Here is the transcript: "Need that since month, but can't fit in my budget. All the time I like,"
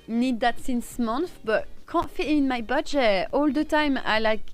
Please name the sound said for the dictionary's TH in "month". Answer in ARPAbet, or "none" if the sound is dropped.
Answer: F